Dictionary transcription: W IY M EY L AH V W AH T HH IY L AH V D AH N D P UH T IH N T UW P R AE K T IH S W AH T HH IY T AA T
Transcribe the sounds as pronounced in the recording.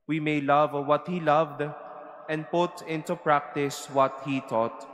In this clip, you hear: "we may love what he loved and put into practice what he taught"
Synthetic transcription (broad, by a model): W IY M EY L AH V W AH T HH IY L AH V D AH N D P UH T IH N T UW P R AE K T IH S W AH T HH IY T AA T